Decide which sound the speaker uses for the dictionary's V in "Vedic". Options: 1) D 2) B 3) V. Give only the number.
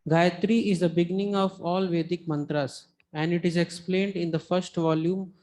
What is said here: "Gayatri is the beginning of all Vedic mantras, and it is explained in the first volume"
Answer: 3